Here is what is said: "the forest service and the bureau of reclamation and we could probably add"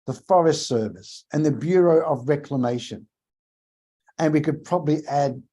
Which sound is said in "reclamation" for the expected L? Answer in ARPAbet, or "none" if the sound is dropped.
L